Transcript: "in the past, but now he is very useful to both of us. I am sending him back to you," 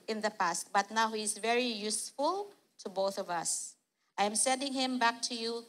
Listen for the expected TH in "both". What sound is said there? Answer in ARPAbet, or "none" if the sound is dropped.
TH